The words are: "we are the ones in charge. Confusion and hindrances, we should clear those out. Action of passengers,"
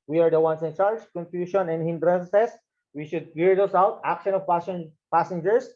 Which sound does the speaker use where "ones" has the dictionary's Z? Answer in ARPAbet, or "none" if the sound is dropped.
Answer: S